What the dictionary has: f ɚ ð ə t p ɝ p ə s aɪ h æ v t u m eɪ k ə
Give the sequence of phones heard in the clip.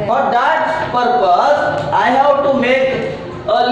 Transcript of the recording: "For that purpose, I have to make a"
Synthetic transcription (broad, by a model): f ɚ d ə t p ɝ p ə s aɪ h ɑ w t u m eɪ k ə